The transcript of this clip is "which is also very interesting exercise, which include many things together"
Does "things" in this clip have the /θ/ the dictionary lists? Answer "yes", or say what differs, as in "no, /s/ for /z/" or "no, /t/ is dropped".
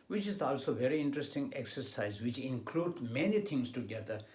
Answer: no, /t/ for /θ/